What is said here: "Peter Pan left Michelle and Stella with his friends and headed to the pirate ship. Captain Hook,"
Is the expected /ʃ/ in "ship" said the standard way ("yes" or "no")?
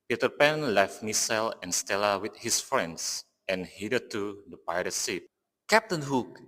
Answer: no